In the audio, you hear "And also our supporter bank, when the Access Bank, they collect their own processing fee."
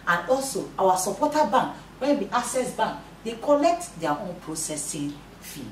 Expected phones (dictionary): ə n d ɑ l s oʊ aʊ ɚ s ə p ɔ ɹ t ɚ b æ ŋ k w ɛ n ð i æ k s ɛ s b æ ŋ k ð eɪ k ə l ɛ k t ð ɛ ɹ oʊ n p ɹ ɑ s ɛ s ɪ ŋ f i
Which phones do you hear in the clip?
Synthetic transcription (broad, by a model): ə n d ɑ l s oʊ aʊ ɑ s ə p ɔ t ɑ b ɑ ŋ k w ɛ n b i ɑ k s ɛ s b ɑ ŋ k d eɪ k ə l ɛ k t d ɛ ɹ oʊ n p ɹ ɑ s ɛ s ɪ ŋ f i